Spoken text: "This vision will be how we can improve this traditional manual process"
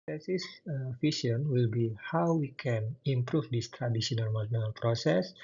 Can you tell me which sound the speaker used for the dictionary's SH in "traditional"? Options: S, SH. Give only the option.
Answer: S